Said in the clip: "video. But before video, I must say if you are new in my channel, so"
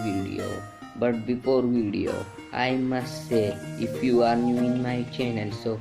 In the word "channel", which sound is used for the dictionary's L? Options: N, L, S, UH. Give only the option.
N